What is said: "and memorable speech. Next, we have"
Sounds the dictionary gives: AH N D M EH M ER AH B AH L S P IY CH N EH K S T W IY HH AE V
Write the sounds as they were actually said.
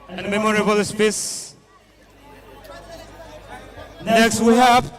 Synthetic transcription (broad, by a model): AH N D M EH M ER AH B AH L S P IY S N EH K S T W IY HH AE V